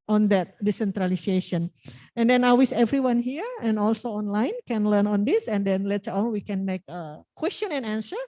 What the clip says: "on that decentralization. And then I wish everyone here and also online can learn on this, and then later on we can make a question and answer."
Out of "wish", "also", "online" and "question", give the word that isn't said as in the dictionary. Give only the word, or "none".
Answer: wish